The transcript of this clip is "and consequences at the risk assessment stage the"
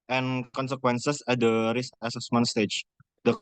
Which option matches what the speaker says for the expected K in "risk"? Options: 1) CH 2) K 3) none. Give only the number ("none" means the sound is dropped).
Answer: 3